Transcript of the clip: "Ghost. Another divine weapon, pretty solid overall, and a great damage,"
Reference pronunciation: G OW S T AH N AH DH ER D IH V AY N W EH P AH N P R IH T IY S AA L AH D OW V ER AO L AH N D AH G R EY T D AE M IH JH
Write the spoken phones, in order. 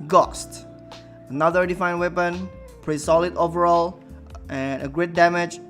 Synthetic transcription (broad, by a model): G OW S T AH N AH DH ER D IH F AY N W EH P AH N P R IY S AA L AH D OW V ER AO L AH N AH G R EY T D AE M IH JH